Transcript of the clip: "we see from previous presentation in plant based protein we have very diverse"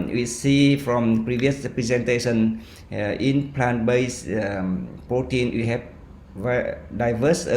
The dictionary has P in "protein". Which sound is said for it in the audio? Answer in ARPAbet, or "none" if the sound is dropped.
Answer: P